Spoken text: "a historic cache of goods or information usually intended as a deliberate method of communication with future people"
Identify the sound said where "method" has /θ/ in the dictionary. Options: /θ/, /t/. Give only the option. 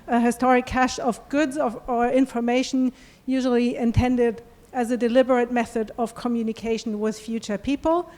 /θ/